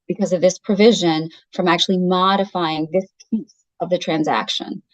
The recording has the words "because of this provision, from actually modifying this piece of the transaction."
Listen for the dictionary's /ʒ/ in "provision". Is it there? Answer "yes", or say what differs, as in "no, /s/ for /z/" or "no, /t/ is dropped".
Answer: yes